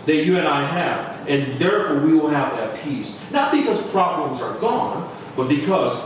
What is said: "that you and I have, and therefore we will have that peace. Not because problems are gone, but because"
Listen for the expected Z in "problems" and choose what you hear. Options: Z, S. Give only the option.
Z